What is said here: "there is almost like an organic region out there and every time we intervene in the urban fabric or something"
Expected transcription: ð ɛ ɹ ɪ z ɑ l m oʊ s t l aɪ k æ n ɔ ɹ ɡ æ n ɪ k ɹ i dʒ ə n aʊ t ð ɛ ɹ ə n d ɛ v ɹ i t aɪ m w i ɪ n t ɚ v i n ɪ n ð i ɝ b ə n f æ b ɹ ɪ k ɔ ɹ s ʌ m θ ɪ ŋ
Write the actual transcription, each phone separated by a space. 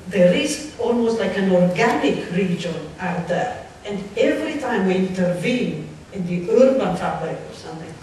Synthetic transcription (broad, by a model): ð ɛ ɹ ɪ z ɑ l m oʊ s t l aɪ k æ n ɔ ɹ ɡ æ n ɪ k ɹ i dʒ ə n aʊ t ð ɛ ɹ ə n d ɛ v ɹ i t aɪ m w i ɪ n t ɚ v i n ɪ n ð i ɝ b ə n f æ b l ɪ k ɔ ɹ s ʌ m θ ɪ ŋ